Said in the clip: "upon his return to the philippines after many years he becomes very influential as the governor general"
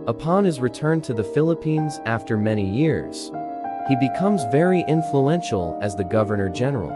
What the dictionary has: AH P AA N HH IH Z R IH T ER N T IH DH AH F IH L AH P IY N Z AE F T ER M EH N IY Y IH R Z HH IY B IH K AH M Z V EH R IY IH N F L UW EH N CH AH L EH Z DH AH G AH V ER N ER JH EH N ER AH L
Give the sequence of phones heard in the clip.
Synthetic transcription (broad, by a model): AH P AA N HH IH Z R IH T ER N T IH DH AH F IH L AH P IY N Z AE F T ER M EH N IY Y IH R Z HH IY B IH K AH M Z V EH R IY IH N F L UW EH N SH L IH Z DH AH G AH V ER N ER JH EH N ER L